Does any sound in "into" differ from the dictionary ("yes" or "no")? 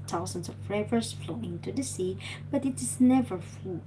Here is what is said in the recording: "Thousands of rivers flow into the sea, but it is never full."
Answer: no